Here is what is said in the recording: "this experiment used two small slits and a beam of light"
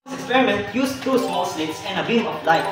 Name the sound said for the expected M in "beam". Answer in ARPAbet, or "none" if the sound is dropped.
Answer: none